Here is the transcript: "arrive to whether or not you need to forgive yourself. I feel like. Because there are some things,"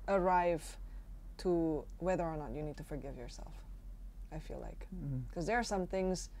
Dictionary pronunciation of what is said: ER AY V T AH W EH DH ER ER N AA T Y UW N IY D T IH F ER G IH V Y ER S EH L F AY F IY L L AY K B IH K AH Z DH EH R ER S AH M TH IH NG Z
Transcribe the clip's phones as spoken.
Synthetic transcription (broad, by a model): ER AY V T AH W EH DH ER ER N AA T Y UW N IY D T IH F ER G IH V Y ER S EH L F AY F IY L L AY K K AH Z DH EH R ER S AH M TH IH NG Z